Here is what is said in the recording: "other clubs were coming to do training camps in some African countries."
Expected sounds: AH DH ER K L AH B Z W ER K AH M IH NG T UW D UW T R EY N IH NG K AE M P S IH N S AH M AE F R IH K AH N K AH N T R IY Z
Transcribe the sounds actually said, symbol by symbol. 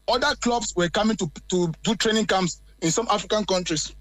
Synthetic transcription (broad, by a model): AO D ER K L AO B S W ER K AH M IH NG T UW D UW T R EY N IH NG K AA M S IH N S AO M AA F R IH K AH N K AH N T R IY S